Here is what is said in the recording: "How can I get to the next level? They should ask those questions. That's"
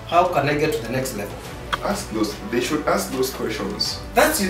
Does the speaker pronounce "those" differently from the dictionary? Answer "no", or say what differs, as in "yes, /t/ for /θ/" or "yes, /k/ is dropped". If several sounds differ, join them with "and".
yes, /s/ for /z/